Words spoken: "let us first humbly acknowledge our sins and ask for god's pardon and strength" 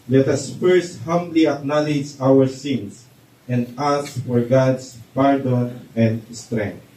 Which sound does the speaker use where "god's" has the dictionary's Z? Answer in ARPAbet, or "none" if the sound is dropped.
S